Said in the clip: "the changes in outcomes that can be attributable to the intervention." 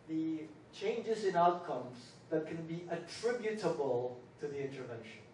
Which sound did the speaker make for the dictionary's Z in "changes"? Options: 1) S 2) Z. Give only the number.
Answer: 2